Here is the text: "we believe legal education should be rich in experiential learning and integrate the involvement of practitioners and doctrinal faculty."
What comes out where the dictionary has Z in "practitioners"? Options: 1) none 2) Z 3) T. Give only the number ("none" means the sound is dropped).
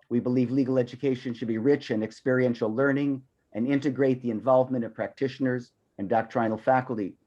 2